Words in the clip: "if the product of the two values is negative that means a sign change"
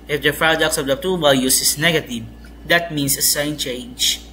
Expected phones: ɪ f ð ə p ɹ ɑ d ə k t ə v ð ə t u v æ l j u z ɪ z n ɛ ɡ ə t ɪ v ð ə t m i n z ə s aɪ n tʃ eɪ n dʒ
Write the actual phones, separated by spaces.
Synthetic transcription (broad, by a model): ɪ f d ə p ɹ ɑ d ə k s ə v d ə t u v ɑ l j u s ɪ s n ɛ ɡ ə t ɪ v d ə t m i n s ə s aɪ n tʃ eɪ n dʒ